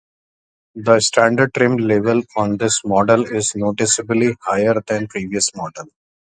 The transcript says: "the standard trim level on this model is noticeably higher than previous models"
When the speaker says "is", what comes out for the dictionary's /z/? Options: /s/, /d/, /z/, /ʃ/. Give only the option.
/z/